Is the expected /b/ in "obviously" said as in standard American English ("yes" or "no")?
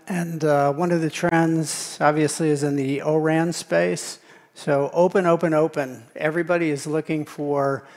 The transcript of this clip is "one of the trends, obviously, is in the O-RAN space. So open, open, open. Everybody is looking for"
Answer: yes